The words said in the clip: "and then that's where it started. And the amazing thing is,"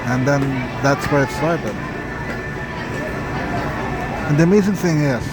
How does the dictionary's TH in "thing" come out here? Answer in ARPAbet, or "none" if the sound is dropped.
TH